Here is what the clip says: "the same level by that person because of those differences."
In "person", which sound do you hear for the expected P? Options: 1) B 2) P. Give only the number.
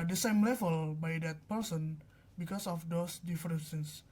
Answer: 2